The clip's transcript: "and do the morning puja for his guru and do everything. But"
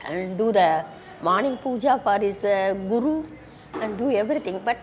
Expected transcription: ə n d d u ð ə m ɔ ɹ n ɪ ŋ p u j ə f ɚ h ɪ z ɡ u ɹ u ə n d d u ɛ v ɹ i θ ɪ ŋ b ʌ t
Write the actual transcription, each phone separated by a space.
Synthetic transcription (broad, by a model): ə n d d u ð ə m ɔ n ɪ ŋ p u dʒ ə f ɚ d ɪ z ɡ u ɹ u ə n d d u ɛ v ɹ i t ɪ ŋ b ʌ t